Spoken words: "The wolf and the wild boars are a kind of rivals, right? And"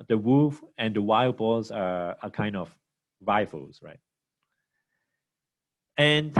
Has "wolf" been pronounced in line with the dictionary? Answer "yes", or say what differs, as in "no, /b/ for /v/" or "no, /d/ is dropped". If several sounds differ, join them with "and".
no, /l/ is dropped